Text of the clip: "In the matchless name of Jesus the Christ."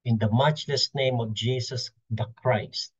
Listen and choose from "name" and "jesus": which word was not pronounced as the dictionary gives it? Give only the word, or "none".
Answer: jesus